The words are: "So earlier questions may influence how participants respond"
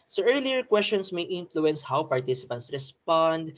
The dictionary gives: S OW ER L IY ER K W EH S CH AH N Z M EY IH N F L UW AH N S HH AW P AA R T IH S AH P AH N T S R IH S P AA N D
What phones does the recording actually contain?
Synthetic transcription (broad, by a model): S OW ER L IY ER K W EH S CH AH N S M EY IH N F L UW AH N S HH AW P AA R T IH S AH P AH N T S R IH S P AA N D